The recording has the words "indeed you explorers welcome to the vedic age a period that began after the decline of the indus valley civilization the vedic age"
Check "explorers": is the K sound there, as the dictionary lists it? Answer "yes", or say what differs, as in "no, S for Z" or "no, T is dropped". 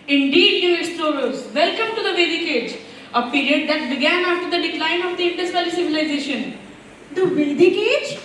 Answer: no, K is dropped